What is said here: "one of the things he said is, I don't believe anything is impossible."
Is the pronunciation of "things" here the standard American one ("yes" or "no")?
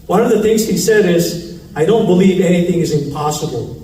yes